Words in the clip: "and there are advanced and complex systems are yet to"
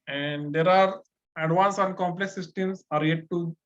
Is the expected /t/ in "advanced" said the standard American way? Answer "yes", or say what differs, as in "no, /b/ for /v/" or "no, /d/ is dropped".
no, /t/ is dropped